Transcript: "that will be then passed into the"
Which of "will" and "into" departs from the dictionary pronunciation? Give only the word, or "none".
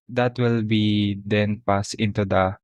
none